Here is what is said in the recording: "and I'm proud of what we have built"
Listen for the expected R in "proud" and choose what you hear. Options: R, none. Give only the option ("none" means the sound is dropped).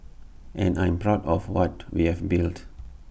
R